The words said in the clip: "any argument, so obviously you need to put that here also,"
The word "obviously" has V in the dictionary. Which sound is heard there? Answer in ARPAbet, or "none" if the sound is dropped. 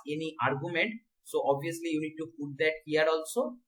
none